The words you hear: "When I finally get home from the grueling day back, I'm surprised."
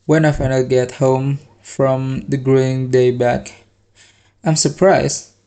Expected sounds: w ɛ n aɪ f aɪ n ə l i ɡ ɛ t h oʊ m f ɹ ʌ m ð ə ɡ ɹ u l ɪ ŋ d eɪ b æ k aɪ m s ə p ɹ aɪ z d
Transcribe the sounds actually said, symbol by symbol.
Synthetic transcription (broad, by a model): w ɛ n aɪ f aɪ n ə i ɡ ɛ t h oʊ m f ɹ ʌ m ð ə ɡ ɹ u ɪ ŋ d eɪ b æ k aɪ m s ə p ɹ aɪ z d